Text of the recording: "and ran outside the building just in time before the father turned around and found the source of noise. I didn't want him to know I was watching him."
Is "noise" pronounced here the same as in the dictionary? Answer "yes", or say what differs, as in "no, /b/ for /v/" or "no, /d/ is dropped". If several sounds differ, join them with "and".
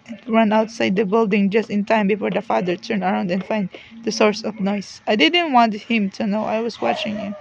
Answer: no, /s/ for /z/